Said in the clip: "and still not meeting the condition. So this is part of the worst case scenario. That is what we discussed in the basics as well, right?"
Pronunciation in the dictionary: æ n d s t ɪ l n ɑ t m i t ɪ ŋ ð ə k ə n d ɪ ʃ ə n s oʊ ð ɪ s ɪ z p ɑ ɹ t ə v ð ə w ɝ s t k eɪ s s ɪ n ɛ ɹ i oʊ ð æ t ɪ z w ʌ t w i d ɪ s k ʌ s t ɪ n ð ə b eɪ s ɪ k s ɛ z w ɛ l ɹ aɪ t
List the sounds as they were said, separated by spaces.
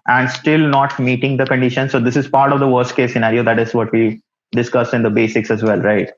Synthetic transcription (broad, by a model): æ n d s t ɪ l n ɑ t m i t ɪ ŋ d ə k ə n d ɪ ʃ ə n s oʊ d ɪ s ɪ z p ɑ ɹ t ə v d ə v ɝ s t k eɪ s s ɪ n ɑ ɹ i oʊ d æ t ɪ z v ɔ t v i d ɪ s k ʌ s ɪ n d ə b eɪ s ɪ k s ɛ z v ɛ l ɹ aɪ t